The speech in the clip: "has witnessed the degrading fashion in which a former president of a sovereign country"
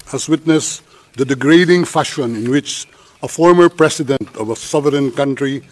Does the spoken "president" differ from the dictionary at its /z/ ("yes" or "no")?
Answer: yes